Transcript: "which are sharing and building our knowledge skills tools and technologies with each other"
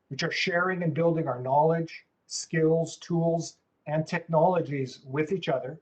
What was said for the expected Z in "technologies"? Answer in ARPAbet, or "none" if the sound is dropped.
Z